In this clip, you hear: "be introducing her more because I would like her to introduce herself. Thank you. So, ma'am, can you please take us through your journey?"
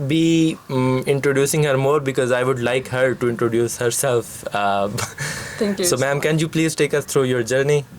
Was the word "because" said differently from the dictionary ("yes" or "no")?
no